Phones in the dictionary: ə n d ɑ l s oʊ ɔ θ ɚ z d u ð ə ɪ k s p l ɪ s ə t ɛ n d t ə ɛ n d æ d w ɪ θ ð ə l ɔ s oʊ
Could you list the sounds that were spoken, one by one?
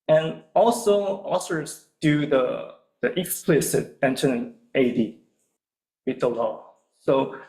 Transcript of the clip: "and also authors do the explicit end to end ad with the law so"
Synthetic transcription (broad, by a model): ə n ɑ l s oʊ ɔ s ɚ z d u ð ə ɪ k s p l ɪ s ə t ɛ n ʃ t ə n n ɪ d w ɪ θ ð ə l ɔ s oʊ